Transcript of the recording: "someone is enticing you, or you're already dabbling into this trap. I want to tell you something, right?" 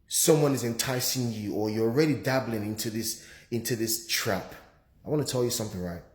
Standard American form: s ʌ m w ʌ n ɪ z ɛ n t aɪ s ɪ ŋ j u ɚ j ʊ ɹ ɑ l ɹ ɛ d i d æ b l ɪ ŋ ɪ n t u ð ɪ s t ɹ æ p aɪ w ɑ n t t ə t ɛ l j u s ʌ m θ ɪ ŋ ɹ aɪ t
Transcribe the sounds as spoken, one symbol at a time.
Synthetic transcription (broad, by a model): s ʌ m w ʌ n ɪ z ɛ n t aɪ s ɪ ŋ j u ɚ j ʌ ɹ ɑ l ɹ ɛ d i d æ b l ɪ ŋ ɪ n t u ð ɪ s t ɹ æ p aɪ w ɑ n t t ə t ɛ l j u s ʌ m θ ɪ ŋ ɹ aɪ t